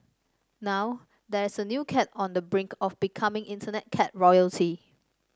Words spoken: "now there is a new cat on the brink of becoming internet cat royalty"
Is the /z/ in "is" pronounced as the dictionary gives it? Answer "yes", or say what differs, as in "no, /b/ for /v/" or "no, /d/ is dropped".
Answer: no, /s/ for /z/